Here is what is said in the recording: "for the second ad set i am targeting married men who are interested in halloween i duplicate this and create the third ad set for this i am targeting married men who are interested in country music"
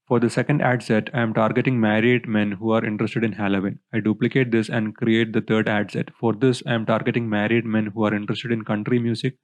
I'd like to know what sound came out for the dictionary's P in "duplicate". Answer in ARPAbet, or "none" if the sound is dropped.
P